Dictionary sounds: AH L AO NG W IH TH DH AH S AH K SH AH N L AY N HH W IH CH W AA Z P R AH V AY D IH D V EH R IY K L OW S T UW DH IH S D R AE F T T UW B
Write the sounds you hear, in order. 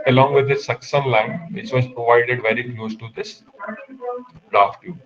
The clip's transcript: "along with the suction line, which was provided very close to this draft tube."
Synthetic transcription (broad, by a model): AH L AO NG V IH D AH S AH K S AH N L AY N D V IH CH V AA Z P R AH V AY D IH D V EH R IY K L OW S T UW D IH S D R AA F T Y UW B